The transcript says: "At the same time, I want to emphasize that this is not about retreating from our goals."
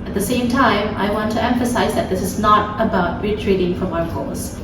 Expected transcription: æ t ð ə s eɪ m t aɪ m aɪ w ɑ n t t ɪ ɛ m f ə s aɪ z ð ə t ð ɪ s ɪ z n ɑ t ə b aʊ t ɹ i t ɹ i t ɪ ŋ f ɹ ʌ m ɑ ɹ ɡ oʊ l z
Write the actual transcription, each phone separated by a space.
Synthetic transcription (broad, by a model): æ t ð ə s eɪ m t aɪ m aɪ w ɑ n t t ɪ ɛ m f ə s aɪ z ð ə t ð ɪ s ɪ z n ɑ t ə b aʊ t ɹ i t ɹ i t ɪ ŋ f ɹ ʌ m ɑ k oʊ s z